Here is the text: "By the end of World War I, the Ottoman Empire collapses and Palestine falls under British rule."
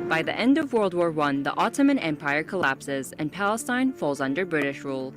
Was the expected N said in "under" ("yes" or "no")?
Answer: yes